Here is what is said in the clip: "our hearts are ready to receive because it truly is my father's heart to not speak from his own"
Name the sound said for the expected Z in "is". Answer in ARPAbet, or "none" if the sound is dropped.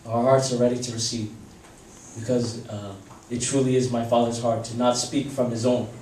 Z